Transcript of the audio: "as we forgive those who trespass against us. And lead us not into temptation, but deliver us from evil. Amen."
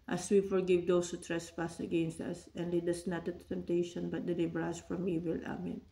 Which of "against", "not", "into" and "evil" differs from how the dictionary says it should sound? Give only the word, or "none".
into